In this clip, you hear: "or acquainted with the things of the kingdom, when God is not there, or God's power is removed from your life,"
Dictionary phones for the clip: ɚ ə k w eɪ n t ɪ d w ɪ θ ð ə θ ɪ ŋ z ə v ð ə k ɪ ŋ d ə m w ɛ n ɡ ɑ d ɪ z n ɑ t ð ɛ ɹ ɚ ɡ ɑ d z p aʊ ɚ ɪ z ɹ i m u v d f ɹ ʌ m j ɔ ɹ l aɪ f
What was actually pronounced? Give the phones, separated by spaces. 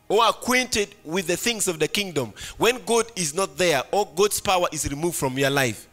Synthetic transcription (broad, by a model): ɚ ə k w eɪ n t ɪ d w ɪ ð ə θ ɪ ŋ z ə v ð ə k ɪ ŋ d ə m w ɛ n ɡ ɑ d ɪ z n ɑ t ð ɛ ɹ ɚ ɡ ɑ d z p aʊ ɚ ɪ z ɹ i m u v d f ɹ ʌ m j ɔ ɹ l aɪ f